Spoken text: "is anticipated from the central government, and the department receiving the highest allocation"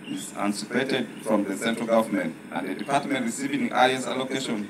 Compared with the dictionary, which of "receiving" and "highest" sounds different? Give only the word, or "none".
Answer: highest